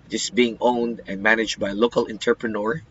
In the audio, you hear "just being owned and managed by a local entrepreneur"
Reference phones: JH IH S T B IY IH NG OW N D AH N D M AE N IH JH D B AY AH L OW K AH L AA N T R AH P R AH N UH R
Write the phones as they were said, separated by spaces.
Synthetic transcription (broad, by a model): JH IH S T B IY IH NG OW N D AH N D M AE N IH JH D B AY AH L OW K AH L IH N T R P R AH N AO R